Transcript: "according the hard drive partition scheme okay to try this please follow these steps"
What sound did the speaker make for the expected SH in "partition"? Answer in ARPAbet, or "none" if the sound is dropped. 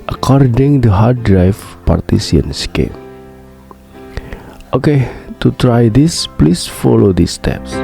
S